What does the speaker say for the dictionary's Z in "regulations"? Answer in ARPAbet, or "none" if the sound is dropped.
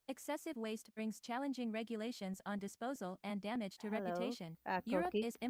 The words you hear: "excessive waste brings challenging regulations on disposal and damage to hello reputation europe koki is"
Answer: Z